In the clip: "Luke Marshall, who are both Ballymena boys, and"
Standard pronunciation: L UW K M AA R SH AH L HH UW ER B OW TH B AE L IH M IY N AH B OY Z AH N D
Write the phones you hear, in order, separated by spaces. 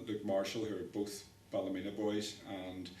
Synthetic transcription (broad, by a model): L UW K M AA R SH AH L HH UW ER B OW TH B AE L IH M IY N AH B OY Z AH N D